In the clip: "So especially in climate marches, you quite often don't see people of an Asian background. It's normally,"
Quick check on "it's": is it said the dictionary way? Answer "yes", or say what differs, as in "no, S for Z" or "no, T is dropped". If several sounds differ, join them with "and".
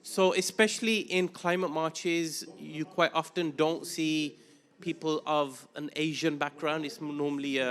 yes